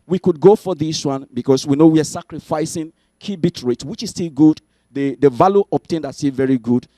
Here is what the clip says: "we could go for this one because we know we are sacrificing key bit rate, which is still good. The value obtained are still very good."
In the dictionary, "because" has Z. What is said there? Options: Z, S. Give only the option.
S